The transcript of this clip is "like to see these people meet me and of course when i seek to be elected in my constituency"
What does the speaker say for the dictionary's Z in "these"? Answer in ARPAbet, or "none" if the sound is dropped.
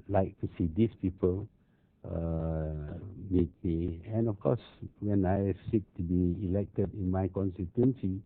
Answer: S